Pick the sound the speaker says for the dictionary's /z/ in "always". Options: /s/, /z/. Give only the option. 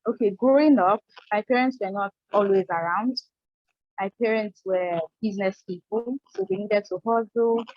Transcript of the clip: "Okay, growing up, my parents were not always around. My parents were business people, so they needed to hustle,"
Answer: /z/